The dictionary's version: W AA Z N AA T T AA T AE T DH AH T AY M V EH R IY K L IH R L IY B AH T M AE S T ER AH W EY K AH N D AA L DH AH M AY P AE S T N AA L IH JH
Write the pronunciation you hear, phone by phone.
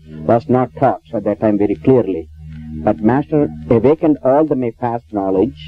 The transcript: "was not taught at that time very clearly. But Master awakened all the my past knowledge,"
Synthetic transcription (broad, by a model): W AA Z N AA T T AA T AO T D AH T AY M V EH R IY K L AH R L IY B AH T M AE S T ER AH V EY K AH N D AA L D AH M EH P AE S T N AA L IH JH